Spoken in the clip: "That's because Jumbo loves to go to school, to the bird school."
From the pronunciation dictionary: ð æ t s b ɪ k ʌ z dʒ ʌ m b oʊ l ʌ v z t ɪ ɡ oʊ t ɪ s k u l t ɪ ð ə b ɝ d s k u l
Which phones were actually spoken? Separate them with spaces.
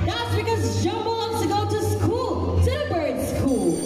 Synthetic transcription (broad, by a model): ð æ t s b ɪ k ʌ z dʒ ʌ m b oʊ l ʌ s t ɪ ɡ oʊ t ɪ s k u l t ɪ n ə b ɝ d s k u l